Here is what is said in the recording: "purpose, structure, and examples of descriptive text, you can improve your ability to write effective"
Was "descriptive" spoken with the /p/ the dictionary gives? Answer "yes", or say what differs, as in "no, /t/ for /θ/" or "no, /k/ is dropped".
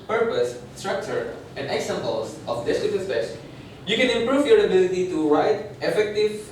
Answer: no, /p/ is dropped